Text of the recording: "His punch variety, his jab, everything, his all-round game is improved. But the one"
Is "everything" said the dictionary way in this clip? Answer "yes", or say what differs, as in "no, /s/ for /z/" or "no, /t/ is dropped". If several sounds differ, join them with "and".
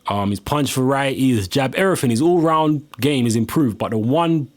no, /v/ is dropped and /f/ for /θ/